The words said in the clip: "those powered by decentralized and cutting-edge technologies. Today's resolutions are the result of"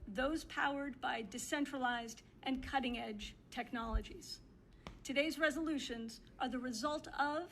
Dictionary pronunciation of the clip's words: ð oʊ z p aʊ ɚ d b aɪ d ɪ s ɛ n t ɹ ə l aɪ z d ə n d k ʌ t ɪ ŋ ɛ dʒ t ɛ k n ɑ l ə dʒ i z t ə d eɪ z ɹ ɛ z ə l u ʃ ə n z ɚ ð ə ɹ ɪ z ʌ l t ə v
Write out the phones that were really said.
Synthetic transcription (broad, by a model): ð oʊ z p aʊ ɚ d b aɪ d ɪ s ɛ n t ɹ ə l aɪ z d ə n k ʌ t ɪ ŋ ɛ dʒ t ɛ k n ɑ l ə dʒ i z t ə d eɪ z ɹ ɛ z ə l u ʃ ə n z ɚ ð ə ɹ ɪ z ʌ l t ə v